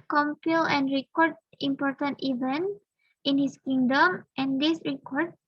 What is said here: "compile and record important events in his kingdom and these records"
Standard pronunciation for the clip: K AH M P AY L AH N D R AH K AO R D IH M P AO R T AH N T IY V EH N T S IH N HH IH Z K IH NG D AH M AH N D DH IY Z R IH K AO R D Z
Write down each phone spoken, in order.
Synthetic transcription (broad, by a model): K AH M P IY L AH N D R AH K AO R D IH M P AO R T AH N T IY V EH N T IH N HH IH S K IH NG D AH M AH N D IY S R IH K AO R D